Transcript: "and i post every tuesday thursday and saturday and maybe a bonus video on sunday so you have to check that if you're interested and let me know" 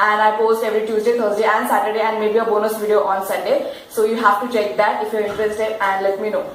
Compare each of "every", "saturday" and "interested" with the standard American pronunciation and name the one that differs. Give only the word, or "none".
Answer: interested